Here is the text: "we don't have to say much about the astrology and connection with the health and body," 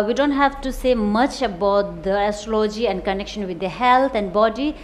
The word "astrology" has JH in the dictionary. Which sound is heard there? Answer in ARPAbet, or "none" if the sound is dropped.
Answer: JH